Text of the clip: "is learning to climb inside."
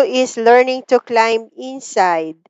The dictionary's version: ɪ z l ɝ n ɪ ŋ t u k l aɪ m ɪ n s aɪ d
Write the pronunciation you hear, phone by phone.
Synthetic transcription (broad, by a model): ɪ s l ɝ n ɪ ŋ t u k l aɪ m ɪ n s aɪ d